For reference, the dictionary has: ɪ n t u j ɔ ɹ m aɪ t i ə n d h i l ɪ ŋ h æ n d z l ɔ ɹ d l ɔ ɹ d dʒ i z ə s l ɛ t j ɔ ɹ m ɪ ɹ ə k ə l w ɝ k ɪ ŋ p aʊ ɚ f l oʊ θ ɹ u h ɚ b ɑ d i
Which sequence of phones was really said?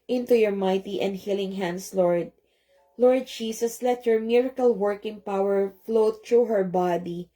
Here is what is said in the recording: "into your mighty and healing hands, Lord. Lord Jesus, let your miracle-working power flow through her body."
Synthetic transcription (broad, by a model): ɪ n t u j ɔ ɹ m aɪ t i ə n d h i l ɪ ŋ h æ n d s l ɔ ɹ d l ɔ ɹ d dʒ i s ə s l ɛ t j ɔ ɹ m ɪ ɹ ə k ə l w ɝ k ɪ ŋ p aʊ ɚ f l oʊ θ ɹ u h ɚ b ɑ d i